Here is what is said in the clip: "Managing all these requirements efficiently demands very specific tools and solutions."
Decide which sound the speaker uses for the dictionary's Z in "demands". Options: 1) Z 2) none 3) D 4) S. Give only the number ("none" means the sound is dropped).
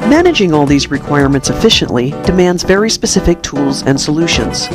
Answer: 1